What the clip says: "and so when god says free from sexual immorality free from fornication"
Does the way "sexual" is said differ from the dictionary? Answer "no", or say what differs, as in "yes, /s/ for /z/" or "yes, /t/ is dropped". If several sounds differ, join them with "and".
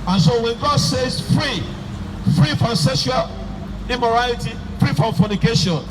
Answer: yes, /k/ is dropped